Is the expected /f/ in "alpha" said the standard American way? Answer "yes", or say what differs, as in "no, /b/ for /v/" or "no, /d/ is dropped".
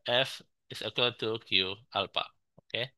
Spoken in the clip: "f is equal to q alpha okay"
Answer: no, /p/ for /f/